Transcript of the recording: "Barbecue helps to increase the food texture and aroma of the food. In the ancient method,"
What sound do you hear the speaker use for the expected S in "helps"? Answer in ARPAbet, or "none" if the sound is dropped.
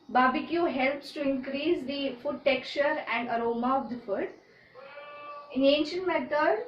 S